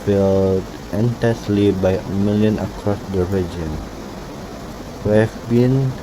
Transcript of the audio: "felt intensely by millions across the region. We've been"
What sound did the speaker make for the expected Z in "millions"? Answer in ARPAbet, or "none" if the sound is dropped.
none